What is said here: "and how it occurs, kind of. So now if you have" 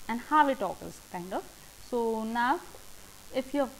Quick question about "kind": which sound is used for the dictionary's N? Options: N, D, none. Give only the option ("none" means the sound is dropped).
N